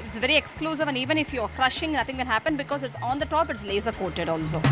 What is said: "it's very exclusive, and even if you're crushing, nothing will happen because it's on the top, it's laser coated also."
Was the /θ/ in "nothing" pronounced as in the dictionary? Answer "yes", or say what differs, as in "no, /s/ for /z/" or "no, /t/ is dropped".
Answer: no, /t/ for /θ/